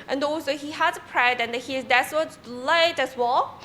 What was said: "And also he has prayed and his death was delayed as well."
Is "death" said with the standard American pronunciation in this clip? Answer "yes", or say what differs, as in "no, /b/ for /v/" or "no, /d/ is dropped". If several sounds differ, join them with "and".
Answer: no, /s/ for /θ/